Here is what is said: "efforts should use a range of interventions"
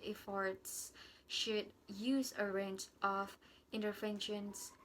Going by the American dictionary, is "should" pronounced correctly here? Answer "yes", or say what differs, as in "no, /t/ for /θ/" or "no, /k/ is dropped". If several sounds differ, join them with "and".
yes